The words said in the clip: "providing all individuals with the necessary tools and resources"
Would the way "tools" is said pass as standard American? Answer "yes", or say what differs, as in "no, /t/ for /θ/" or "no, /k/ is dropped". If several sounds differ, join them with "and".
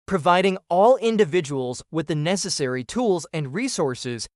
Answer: yes